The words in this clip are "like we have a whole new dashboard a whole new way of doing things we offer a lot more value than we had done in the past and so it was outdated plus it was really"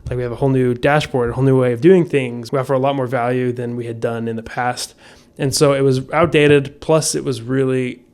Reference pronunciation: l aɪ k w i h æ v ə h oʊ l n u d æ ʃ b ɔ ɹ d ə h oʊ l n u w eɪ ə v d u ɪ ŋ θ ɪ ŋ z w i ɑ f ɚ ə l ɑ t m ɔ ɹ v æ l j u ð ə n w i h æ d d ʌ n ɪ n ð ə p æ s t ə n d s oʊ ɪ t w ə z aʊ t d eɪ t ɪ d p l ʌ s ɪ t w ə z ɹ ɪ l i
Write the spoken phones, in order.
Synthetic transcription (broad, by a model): l aɪ k w i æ v ə h oʊ l n u d æ ʃ b ɔ ɹ d ə h oʊ l n u w eɪ ə v d u ɪ ŋ θ ɪ ŋ z w i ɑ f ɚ ə l ɑ t m ɔ ɹ v æ l j u ð ə n w i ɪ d d ʌ n ɪ n ð ə p æ s t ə n s oʊ ɪ t w ə z aʊ t d eɪ t ɪ d p l ʌ s ɪ t w ə z ɹ ɪ l i